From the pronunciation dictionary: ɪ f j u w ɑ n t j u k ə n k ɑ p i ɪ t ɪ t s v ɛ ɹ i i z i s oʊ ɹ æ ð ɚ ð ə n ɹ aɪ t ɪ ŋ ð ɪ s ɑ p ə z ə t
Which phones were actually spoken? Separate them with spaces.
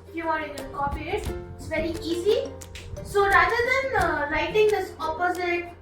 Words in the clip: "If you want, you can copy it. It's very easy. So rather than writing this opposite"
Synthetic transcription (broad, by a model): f j u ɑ t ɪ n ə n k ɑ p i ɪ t ɪ t s v ɛ ɹ i i z i s oʊ ɹ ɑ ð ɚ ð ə n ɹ aɪ t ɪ ŋ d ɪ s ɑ p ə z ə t